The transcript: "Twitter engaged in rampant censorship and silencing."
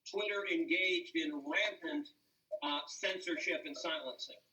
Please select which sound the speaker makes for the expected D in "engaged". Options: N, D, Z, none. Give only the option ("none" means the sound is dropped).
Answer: D